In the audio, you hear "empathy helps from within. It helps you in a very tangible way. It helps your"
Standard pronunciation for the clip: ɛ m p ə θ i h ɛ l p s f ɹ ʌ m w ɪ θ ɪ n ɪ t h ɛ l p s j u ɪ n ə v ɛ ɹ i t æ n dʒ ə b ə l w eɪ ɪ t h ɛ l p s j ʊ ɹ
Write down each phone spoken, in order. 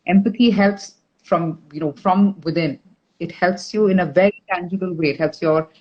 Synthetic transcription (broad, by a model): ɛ m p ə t i h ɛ l p s f ɹ ʌ m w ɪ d ɪ n ɪ t h ɛ l p s j u ɪ n ə v ɛ ɹ i t æ n dʒ ə b ə l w eɪ ɪ t h ɛ l p s j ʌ ɹ